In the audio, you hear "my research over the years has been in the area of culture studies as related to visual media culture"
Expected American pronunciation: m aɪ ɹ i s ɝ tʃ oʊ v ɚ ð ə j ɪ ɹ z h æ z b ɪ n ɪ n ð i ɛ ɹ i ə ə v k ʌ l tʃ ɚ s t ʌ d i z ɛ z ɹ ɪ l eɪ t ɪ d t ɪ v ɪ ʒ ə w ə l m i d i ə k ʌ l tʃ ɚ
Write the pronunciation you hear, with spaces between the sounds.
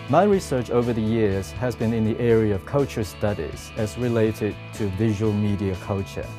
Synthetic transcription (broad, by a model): m aɪ ɹ i s ɝ tʃ oʊ v ɚ ð ə j ɪ ɹ z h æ z b ɪ n ɪ n ð i ɛ ɹ i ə ə v k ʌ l tʃ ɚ s t ʌ d i z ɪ z ɹ ɪ l eɪ t ɪ d t ɪ v ɪ ʒ ə w ə l m i d i ə k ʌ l tʃ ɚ